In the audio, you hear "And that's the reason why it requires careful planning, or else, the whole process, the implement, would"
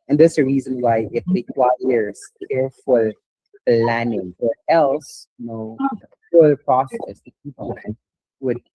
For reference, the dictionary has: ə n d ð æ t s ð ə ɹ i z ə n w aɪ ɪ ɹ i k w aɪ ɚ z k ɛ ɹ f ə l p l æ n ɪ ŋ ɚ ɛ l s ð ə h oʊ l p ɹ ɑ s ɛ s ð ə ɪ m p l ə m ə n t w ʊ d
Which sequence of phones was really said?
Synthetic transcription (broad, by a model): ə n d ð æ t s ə ɹ i z ə n w aɪ ɪ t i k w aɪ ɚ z k ɛ ɹ f ə l p l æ n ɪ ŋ ɚ ɛ l s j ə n oʊ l p ɹ ɑ s ɛ s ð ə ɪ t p ə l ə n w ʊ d